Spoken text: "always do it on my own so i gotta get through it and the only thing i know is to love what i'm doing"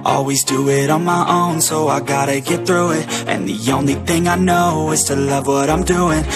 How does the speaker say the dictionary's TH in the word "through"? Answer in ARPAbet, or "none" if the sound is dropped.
TH